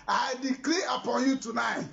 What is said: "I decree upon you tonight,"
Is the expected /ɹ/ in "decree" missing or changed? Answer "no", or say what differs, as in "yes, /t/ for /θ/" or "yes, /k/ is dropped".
yes, /l/ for /ɹ/